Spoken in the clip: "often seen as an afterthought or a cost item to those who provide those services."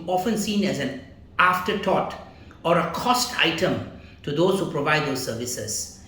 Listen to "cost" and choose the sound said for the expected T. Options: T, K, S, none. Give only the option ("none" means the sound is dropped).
T